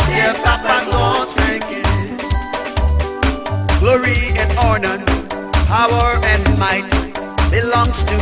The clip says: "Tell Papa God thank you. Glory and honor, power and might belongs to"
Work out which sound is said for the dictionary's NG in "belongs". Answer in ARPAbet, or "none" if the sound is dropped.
NG